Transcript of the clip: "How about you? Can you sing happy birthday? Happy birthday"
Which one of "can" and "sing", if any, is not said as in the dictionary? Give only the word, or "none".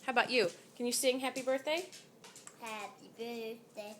none